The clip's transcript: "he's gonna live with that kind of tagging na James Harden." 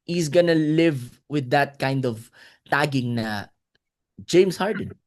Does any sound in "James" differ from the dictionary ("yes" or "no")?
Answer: yes